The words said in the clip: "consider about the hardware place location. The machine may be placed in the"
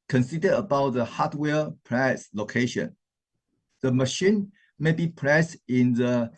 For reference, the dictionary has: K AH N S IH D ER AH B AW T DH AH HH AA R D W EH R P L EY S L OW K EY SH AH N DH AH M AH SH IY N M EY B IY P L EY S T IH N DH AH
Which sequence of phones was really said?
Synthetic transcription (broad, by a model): K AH N S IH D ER AH B AW T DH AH HH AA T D W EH P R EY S L OW K EY SH AH N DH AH M AH SH IY N M EY B IY P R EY S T IH N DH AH